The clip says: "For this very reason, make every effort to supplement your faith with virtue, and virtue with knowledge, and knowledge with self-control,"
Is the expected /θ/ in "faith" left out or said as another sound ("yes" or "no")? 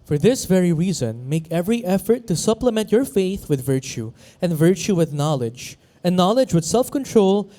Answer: no